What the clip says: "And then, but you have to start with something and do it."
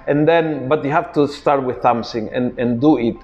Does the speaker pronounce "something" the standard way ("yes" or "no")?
no